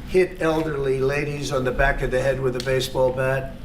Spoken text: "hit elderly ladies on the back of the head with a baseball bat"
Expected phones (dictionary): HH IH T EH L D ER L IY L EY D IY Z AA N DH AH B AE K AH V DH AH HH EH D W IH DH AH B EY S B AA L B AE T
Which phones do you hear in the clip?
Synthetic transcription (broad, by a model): HH IH T EH L D ER L IY L EY D IY Z N DH AH B AE K AH V DH AH HH EH D W IH DH AH B EY S B AA L B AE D